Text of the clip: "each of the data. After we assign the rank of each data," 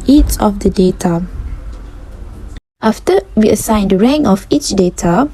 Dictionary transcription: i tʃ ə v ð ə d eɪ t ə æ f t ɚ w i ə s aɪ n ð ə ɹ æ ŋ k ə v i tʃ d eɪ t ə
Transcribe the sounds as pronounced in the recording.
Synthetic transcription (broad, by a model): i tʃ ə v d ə d eɪ t ə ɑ f t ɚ w i ə s aɪ n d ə ɹ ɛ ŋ ə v i tʃ d eɪ t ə